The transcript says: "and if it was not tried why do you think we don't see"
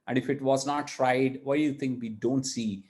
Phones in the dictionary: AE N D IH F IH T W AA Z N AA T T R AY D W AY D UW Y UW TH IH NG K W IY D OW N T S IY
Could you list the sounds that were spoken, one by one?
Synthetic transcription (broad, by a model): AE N D IH F IH T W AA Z N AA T T R AY D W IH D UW Y UW T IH NG K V IY D OW N T S IY